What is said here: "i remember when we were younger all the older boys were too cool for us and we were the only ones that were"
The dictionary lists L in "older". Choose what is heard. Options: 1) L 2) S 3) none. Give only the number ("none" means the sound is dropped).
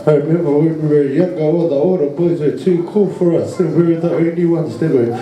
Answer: 3